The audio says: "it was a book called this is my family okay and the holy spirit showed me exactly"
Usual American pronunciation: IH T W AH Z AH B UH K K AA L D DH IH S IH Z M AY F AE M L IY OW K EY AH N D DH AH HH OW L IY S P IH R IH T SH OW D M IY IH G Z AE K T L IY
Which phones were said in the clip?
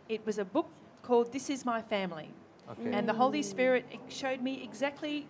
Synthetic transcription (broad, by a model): IH T W AH Z AH B UH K K AA L D DH IH S IH Z M AY F AE M L IY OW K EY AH N DH AH HH OW L IY S P IH R IH T SH OW D M IY IH G Z AE K T L IY